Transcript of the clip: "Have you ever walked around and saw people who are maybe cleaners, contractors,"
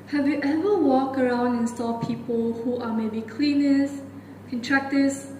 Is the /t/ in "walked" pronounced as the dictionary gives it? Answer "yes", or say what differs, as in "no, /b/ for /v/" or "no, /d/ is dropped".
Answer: no, /t/ is dropped